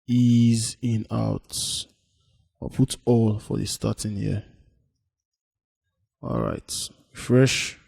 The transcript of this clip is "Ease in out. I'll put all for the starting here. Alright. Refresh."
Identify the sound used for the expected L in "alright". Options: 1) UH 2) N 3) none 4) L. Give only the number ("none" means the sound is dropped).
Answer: 4